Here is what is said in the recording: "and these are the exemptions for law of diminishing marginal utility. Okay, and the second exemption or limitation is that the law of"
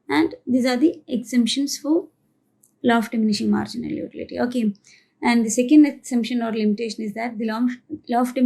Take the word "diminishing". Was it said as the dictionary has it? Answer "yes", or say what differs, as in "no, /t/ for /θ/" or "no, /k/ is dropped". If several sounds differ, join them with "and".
yes